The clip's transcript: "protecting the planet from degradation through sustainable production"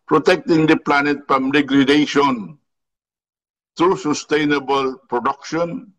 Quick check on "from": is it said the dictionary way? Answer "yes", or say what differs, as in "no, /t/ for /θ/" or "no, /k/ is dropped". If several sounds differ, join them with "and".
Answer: no, /p/ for /f/